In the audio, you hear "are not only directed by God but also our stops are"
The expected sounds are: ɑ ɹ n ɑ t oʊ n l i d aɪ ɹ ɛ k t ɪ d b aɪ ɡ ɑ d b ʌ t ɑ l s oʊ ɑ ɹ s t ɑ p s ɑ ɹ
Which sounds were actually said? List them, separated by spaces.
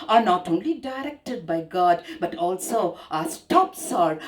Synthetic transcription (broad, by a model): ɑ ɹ n ɑ t oʊ n l i d aɪ ɹ ɛ k t ɪ d b aɪ ɡ ɑ d b ʌ t ɑ l s oʊ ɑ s t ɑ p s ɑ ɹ